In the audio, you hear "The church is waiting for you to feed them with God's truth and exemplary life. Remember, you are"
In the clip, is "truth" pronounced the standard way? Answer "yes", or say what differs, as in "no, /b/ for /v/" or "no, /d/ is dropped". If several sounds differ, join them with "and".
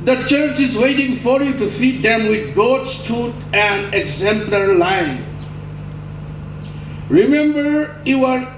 no, /ɹ/ is dropped and /t/ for /θ/